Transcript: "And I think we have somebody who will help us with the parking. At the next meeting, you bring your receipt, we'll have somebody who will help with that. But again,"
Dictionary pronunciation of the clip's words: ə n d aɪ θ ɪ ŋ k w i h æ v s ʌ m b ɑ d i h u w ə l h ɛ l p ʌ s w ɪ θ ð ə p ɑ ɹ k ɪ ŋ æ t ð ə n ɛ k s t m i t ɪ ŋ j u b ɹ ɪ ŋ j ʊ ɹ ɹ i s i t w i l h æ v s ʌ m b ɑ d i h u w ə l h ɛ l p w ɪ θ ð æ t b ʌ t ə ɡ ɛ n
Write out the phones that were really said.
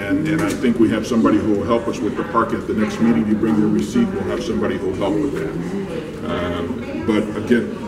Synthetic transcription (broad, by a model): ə n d aɪ θ ɪ ŋ k w i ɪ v s ʌ m b ɑ d i h u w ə l h ɛ l p ʌ s w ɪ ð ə p ɑ ɹ k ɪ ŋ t ð ə n ɛ k s t m i t ɪ ŋ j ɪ b ɹ ɪ ŋ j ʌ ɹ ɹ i s i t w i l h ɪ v s ʌ m b ɑ d i h u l h ɛ l p w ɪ ð æ t b ʌ t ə ɡ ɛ n